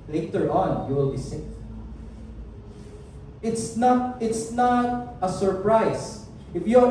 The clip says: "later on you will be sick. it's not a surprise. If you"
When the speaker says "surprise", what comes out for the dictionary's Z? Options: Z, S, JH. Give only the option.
S